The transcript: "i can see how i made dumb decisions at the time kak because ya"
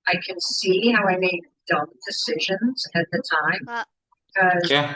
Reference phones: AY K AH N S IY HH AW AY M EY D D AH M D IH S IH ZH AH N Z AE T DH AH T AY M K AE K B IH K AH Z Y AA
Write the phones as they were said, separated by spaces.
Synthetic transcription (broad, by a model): AY K AH N S IY HH AW AY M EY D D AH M D IH S IH ZH AH N Z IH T DH AH T AY M B IH K AH Z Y